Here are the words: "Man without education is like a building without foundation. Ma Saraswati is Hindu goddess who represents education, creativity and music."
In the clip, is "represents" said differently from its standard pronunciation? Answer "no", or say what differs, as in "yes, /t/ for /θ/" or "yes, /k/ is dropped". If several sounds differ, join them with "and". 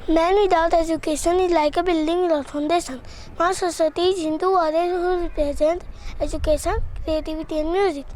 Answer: yes, /s/ is dropped